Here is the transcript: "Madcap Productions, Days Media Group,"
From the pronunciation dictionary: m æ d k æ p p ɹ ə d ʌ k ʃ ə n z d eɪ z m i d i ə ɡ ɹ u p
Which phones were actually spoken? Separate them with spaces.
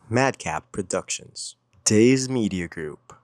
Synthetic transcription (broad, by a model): m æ d k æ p p ɹ ə d ʌ k ʃ ə n z d eɪ z m i d i ə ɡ ɹ u p